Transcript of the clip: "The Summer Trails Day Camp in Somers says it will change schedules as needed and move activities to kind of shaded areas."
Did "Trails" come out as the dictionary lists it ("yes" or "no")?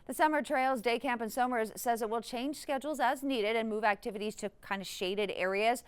yes